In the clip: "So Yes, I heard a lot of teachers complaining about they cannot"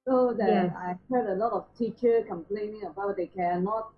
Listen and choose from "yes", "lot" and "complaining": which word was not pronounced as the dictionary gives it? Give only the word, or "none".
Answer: yes